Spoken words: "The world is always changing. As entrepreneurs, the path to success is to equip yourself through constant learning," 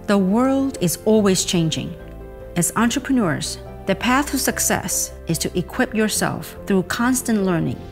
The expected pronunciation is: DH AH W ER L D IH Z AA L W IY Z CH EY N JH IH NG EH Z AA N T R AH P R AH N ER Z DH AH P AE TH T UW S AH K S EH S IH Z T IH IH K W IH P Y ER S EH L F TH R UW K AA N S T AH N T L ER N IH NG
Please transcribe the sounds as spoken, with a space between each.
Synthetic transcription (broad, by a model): DH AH W ER L D IH Z AA L W IY Z CH EY N JH IH NG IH Z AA N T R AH P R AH N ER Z DH AH P AE TH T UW S AH K S EH S IH Z T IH IH K W IH P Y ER S EH L F TH R UW K AA N S T AH N T L ER N IH NG